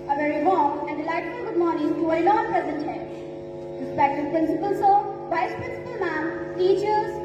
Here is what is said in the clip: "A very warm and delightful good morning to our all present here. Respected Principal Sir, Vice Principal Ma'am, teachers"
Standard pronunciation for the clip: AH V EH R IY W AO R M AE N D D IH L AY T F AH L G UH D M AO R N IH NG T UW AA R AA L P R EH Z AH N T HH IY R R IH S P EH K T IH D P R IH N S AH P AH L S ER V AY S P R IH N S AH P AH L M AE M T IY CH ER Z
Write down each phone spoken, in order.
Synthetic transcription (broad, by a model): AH V EH R IY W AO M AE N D D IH L AY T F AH G UH D M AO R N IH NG T UW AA L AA N P R EH Z AH N T HH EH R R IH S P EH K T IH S P R IH N S AH P AH L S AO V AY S P R IH N S AH P AH L M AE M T IY CH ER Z